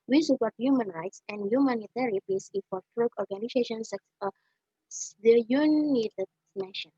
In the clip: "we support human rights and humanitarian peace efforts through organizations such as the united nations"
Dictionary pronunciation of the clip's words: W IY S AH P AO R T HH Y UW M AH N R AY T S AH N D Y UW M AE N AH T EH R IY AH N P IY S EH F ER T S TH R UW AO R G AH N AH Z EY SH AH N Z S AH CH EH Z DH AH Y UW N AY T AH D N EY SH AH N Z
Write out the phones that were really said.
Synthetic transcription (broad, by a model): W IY S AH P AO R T HH Y UW M AH N R AY T S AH N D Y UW M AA N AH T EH R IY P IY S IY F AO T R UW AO R G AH N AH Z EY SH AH N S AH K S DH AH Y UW N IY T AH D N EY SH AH N